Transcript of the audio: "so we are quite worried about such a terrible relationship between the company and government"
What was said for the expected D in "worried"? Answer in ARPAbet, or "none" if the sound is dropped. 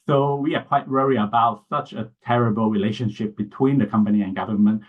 none